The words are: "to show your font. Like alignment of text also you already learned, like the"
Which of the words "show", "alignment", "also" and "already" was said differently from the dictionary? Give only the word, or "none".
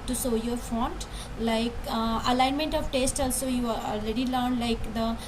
show